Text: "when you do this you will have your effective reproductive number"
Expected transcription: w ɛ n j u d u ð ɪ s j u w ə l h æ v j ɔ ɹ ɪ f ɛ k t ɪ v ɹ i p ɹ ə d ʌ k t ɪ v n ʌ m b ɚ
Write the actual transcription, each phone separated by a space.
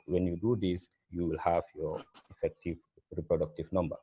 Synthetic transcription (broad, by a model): w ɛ n j u d u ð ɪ s j u w ə l h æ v j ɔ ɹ ɪ f ɛ k t ɪ v ɹ i p ɹ ə d ʌ k t ɪ v n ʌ m b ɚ